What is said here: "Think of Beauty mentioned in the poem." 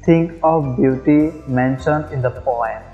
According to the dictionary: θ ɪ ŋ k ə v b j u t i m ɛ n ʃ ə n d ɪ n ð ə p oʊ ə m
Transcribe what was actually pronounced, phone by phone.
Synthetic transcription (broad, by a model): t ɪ ŋ k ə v b j u t i m ɛ n ʃ ə n d ɪ n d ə p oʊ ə m